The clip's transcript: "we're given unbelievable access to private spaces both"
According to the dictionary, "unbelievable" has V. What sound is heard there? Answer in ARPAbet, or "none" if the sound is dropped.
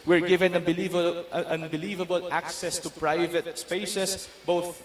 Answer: V